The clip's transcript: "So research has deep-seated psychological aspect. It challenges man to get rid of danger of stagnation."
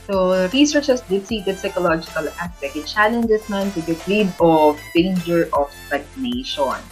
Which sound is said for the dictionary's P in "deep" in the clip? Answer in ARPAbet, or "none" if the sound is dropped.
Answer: B